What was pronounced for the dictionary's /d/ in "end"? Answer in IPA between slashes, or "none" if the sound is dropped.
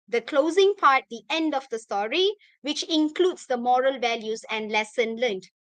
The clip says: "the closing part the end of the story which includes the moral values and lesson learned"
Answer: /d/